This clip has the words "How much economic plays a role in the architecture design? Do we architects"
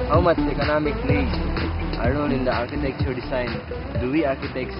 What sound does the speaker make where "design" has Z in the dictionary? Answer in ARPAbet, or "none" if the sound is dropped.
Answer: S